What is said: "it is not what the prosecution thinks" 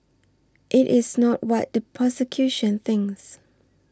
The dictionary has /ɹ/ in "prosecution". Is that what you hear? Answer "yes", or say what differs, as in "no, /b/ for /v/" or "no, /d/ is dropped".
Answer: no, /ɹ/ is dropped